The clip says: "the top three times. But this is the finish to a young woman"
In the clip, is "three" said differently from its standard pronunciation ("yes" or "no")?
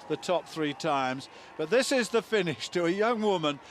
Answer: no